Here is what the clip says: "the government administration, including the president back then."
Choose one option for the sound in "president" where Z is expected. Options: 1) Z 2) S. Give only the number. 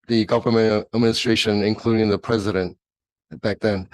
1